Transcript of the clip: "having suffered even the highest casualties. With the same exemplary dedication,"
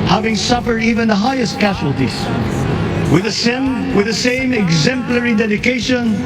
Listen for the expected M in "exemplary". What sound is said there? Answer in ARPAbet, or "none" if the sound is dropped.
M